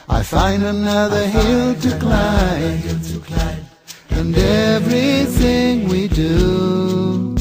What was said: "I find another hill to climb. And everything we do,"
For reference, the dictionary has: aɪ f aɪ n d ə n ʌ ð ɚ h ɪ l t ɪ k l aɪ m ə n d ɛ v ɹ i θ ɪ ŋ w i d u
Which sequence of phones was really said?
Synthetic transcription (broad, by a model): aɪ f aɪ n d ə n ʌ ð ɚ h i l t ɪ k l aɪ ə n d ɛ v ɹ i θ ɪ ŋ w i d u